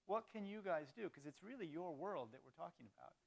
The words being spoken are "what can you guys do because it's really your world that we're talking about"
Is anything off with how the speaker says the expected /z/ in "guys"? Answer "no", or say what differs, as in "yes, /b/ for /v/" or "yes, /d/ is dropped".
no